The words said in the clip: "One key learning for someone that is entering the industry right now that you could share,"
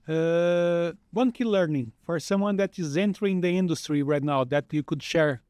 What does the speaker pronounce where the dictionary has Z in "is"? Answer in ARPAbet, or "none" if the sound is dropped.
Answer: Z